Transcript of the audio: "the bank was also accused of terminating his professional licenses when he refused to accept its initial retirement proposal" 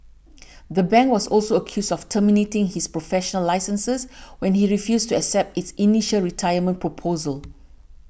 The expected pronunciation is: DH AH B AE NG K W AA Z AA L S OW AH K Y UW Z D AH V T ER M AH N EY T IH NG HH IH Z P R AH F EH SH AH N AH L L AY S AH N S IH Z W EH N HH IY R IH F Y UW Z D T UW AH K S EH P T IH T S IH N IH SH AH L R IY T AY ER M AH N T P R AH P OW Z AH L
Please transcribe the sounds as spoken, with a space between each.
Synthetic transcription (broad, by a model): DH AH B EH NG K W AA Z AA L S OW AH K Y UW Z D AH F T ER M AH N EY T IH NG HH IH S P R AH F EH SH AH N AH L L AY S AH N S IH S W EH N HH IY R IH F Y UW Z T UW AH K S EH P T IH T S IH N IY SH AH L R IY T AY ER M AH N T P R AH P OW Z AH L